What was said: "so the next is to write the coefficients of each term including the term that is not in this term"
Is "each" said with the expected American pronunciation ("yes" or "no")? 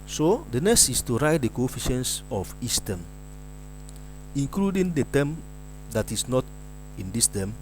no